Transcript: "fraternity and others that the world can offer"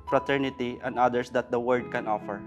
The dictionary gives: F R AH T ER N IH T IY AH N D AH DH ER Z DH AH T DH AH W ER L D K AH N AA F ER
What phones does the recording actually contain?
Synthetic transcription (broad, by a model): F R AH T ER N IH T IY AH N D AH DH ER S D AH T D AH W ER D K AH N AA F ER